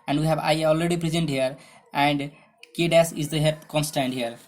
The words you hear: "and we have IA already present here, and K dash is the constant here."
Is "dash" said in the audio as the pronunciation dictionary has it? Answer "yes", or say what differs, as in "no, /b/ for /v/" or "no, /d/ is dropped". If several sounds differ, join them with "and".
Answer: no, /s/ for /ʃ/